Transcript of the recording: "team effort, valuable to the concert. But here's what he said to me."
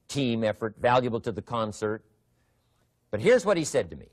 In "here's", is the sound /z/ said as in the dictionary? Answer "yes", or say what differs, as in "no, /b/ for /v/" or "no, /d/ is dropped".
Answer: yes